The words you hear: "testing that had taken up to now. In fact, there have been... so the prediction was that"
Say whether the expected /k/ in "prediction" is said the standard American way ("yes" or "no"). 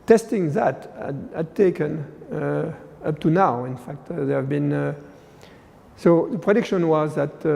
yes